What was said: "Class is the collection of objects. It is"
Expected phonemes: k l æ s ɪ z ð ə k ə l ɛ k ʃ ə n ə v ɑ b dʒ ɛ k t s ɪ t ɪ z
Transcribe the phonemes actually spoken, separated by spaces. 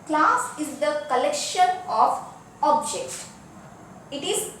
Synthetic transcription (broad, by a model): k l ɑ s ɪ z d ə k ə l ɛ k ʃ ə n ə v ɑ b dʒ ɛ k t ɪ t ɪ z